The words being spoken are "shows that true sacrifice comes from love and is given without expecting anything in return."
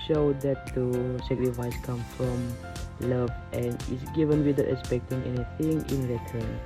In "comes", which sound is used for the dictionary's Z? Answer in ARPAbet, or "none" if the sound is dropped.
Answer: none